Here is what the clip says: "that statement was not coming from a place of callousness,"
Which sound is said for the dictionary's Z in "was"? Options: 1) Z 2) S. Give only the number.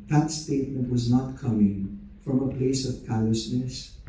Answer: 1